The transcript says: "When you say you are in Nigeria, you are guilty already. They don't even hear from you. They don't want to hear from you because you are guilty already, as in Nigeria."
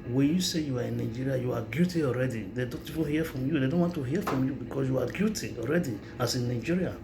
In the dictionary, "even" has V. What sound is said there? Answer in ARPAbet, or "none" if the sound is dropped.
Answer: P